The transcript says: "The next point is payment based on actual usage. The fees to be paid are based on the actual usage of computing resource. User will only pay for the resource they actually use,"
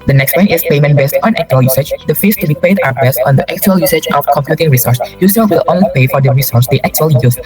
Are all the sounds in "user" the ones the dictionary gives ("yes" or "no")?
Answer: no